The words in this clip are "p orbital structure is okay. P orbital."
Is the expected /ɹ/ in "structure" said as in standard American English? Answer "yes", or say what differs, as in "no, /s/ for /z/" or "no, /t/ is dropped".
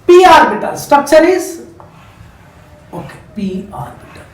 no, /ɹ/ is dropped